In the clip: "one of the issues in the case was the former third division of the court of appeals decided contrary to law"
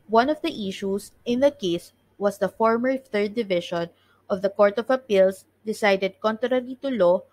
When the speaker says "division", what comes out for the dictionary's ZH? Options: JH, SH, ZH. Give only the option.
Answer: SH